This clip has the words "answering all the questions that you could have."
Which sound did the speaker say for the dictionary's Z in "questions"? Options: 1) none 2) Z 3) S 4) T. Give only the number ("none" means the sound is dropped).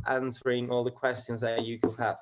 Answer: 2